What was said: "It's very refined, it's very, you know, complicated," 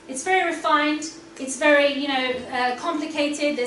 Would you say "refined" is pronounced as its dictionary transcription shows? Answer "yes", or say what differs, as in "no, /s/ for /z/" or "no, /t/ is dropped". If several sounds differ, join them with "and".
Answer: yes